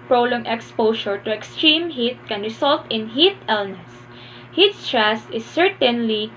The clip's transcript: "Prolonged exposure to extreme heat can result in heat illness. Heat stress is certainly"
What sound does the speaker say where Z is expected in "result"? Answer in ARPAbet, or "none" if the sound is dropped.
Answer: S